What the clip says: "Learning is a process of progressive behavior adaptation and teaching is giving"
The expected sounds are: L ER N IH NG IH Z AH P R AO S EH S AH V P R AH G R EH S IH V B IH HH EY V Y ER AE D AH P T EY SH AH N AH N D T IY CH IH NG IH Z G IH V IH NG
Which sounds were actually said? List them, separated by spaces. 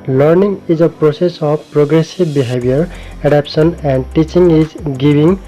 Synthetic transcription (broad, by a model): L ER N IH NG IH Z AH P R AO S EH S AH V P R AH G R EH S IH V B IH HH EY B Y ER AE D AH P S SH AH N AH N D T IY CH IH NG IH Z G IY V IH NG